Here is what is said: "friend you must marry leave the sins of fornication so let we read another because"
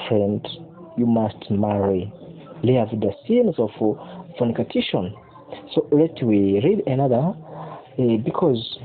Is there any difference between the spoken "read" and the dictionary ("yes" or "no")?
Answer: no